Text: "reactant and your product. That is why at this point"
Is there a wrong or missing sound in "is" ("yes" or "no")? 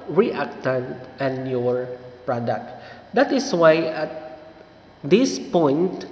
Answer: yes